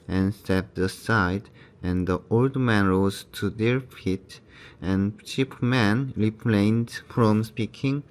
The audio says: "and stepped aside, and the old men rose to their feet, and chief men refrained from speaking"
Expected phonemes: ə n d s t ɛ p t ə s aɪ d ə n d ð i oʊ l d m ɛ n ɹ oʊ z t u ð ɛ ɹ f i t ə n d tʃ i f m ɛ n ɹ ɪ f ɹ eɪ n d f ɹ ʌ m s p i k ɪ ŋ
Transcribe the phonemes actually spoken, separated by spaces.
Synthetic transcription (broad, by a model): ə n s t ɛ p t ə s aɪ d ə n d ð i oʊ l d m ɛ n ɹ oʊ z t u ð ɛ ɹ f i t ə n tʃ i p m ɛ n ɹ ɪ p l eɪ n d f ɹ ʌ m s p i k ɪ ŋ